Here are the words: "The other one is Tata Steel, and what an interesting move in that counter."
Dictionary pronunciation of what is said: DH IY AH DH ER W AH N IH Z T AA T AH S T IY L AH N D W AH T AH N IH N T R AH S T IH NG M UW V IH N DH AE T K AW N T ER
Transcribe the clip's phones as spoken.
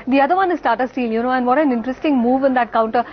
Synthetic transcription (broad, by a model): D IY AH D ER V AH N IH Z T AA T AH S T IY L AH N D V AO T AH N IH N T R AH S T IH NG M UW V IH N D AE T K AW N T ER